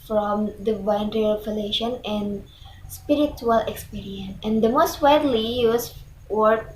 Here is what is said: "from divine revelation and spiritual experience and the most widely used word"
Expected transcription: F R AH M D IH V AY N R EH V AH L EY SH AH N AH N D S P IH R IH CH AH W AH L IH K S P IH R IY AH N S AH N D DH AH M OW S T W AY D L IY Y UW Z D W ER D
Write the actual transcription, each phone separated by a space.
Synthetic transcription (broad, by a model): F R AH M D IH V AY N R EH F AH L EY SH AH N AH N D S P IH R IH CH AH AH L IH K S P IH R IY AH N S AH N D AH M OW S T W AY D L IY Y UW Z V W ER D